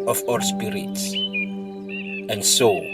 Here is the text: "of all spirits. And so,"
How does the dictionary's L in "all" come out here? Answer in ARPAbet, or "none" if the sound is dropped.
W